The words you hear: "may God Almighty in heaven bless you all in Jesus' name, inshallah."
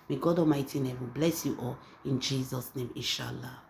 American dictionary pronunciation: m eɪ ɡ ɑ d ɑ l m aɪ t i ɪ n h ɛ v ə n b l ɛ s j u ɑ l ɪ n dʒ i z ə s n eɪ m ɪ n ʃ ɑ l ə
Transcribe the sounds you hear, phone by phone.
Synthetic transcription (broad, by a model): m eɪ ɡ ɑ d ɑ m aɪ t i n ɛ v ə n b l ɛ s j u ɑ l ɪ n dʒ i z ə s n eɪ m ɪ n ʃ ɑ l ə